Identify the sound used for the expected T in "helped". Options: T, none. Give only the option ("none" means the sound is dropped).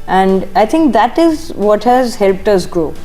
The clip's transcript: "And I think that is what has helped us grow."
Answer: T